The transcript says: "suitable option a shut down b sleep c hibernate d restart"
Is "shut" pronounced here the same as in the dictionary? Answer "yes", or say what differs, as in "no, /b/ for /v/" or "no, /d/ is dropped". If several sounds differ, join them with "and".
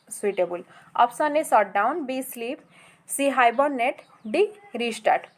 no, /s/ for /ʃ/